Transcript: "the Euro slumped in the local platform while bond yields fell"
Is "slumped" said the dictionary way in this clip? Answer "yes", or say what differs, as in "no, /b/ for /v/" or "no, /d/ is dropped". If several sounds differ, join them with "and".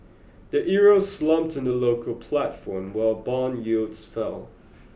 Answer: yes